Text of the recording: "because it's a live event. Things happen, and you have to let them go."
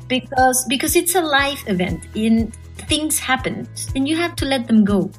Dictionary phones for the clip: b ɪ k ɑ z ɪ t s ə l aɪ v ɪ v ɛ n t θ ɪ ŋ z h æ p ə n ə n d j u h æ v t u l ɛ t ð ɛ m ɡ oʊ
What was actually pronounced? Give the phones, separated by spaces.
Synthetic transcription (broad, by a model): b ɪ k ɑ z ɪ t s ə l aɪ f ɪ v ɛ n t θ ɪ ŋ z h æ p ə n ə n j u h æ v t u l ɛ t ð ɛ m ɡ oʊ